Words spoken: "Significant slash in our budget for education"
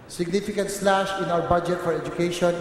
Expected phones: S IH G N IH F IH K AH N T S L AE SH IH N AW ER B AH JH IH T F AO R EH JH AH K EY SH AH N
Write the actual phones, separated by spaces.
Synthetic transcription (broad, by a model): S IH G N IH F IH K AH N T S L AE SH IH N AW ER B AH JH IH T F AO R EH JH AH K EY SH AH N